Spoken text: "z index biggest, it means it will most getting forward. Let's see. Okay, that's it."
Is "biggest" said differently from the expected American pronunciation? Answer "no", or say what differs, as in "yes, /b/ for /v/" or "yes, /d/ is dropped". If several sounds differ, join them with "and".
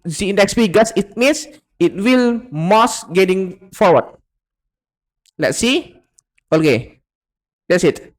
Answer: yes, /t/ is dropped